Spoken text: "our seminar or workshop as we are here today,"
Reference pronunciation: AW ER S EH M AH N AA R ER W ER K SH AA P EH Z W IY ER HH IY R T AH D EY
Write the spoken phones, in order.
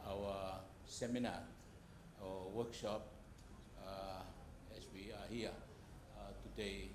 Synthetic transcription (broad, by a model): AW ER S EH M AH N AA W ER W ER K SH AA P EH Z W IY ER HH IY T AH D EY